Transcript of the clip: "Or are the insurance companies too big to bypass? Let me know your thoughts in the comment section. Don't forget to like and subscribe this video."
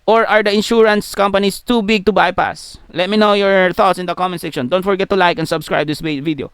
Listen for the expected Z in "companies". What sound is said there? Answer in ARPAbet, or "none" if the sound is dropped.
S